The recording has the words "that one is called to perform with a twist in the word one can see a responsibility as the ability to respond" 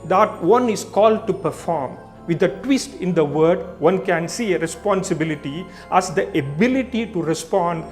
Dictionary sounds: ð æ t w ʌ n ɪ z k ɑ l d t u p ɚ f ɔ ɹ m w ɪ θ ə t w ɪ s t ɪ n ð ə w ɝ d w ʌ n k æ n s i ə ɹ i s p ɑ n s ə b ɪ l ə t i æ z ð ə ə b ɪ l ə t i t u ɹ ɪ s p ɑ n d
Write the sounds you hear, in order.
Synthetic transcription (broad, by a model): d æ t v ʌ n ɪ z k ɑ l d t u p ɚ f ɔ ɹ m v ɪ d ə t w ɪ s t ɪ n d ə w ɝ d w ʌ n k æ n s i ə ɹ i s p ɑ n s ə b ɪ l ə t i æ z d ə ə b ɪ l ə t i t u ɹ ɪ s p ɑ n d